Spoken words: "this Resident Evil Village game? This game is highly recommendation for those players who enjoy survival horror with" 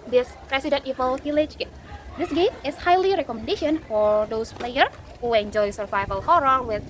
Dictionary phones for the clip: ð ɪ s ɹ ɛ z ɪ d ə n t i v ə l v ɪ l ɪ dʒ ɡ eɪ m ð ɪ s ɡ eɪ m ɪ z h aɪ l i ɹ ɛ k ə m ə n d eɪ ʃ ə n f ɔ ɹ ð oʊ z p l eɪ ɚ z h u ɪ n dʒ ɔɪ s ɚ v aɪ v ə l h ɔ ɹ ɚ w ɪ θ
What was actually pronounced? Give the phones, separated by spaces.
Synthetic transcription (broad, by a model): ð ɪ s ɹ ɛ s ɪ d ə n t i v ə l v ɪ l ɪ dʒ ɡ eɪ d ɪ s ɡ eɪ m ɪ s h aɪ l i ɹ ɛ k ə m ə n d eɪ ʃ ə n f ɔ ɹ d oʊ s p l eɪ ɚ h u ɪ n dʒ ɔɪ s ɚ v aɪ v ə l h ɔ ɹ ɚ w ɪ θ